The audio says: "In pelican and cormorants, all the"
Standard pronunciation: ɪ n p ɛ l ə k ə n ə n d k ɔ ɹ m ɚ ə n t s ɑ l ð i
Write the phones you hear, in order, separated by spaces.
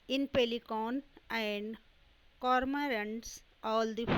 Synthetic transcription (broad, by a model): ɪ n p ɛ l ə k ə n ə n d k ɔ ɹ m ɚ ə n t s ɑ l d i